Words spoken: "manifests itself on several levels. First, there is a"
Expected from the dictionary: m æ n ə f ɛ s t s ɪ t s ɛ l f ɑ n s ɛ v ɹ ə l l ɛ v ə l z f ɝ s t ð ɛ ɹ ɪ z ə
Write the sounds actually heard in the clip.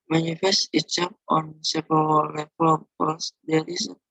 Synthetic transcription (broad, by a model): m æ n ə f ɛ s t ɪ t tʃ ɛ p ɑ n s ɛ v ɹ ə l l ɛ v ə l f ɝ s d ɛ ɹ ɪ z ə